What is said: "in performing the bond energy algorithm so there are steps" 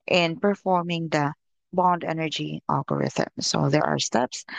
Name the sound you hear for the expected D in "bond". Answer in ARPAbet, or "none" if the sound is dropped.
D